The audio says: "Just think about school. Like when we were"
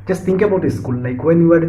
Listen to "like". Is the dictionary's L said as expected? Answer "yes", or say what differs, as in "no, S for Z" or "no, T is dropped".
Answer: no, N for L